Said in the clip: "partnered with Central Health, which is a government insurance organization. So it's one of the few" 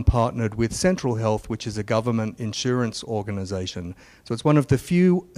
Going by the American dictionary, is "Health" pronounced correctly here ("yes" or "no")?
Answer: yes